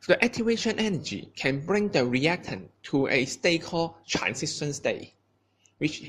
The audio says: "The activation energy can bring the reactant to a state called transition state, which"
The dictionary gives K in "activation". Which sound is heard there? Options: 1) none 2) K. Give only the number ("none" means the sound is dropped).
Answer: 1